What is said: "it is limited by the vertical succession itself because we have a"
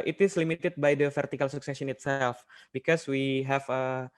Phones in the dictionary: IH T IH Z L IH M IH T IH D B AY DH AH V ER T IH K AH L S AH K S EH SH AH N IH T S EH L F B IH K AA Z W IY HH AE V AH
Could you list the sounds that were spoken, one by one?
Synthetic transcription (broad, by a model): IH T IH S L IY M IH T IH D B AY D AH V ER T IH K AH L S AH K S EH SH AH N IH T S EH L F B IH K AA S W IY HH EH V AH